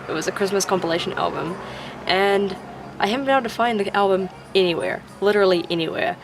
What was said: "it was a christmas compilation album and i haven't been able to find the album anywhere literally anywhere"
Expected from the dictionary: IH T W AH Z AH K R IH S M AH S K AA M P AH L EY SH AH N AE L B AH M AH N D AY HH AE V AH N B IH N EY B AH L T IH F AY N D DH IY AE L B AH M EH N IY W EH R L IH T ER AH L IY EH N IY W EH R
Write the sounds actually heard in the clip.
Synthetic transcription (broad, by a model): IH T W AH Z AH K R IH S M AH S K AA M P AH L EY SH AH N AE L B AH M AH N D AY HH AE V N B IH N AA AH N T IH F AY N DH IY AE L B AH M EH N IY W EH R L IH T ER L IY EH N IY W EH R